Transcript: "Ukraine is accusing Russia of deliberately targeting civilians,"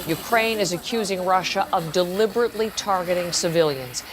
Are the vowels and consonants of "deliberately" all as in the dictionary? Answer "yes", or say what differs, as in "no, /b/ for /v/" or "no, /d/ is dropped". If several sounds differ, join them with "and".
yes